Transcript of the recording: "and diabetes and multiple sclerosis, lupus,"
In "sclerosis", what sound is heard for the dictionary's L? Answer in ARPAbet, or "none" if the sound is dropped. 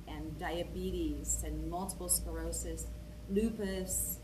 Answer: none